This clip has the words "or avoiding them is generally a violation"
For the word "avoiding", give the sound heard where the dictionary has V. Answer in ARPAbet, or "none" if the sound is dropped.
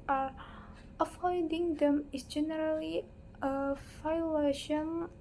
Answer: F